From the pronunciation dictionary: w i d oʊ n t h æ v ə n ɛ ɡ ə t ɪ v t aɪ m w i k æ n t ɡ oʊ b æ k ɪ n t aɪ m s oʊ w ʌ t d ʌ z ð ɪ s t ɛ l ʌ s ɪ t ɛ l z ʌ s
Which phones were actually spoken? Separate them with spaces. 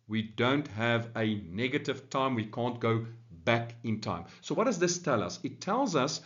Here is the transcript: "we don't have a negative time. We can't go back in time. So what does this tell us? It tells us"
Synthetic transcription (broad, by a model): w i d oʊ n t h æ v ə n ɛ ɡ ə t ɪ v t aɪ m w i k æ n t ɡ oʊ b æ k ɪ n t aɪ m s oʊ w ʌ t d ʌ z ð ɪ s t ɛ l ʌ s ɪ t ɛ l z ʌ s